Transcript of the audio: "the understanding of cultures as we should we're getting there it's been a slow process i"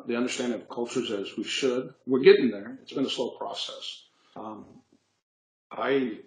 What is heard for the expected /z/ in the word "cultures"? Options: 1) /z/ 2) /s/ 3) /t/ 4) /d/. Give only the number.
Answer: 1